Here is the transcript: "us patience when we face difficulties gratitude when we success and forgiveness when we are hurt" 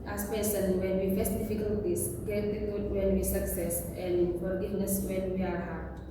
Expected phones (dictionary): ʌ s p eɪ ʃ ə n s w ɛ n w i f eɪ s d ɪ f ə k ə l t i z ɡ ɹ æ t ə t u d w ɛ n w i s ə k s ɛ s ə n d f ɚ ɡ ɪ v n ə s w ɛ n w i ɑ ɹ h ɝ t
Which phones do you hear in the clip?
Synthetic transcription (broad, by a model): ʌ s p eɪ s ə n w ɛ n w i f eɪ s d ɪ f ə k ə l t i s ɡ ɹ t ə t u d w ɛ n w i s ə k s ɛ s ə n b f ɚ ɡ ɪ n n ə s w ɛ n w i ɑ ɹ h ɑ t